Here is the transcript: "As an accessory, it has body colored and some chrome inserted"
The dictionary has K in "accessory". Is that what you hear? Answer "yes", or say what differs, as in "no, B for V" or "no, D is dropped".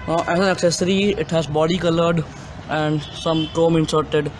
yes